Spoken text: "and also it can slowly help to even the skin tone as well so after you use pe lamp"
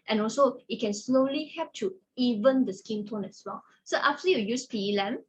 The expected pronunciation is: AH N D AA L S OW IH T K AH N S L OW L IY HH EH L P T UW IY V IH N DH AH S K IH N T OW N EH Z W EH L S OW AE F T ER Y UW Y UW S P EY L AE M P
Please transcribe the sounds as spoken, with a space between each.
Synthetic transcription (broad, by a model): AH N AA L S OW IH T K AH N S L OW L IY HH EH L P T UW IY V IH N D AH S K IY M T OW N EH S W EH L S OW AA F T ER Y UW Y UW S P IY L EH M